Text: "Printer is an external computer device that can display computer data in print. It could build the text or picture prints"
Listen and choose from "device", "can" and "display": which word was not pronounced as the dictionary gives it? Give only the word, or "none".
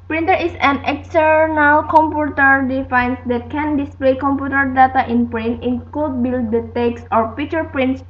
device